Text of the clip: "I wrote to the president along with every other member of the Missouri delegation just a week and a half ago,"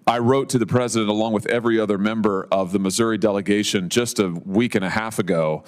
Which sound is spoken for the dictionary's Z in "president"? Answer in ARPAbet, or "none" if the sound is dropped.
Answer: Z